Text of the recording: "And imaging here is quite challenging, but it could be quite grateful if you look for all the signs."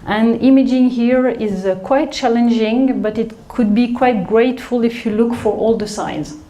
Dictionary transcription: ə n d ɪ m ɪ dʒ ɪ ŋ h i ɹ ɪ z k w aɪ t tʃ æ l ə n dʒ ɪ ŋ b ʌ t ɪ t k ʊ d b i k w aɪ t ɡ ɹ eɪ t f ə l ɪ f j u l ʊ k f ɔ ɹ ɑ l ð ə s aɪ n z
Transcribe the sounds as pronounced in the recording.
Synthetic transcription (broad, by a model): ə n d ɪ m ɪ dʒ ɪ ŋ h i ɹ ɪ z k w aɪ t tʃ æ l ə n dʒ ɪ ŋ b ʌ t ɪ t k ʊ d b i k w aɪ t ɡ ɹ eɪ t f ə l ɪ f j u l ʊ k f ɔ ɹ ɑ l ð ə s aɪ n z